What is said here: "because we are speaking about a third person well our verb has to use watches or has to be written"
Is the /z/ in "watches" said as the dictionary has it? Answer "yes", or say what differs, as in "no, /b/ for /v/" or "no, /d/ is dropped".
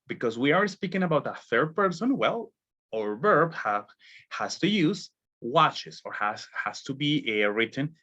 no, /s/ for /z/